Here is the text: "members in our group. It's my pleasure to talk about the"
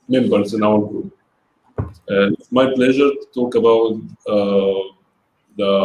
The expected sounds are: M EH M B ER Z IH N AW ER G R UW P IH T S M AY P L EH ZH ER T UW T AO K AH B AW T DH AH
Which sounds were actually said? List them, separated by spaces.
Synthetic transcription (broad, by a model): M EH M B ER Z IH N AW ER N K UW IH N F M AY P L EH ZH ER T UW T AO K AH B AW T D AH